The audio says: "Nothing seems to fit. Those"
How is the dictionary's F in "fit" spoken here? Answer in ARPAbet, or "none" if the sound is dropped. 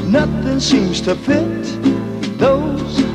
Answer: P